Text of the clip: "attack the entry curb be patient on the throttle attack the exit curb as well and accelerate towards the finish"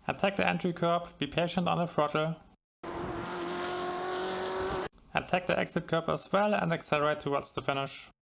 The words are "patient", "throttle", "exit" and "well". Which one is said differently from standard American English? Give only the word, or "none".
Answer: throttle